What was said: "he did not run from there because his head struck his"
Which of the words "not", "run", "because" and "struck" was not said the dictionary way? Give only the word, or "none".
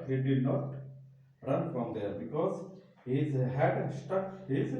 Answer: struck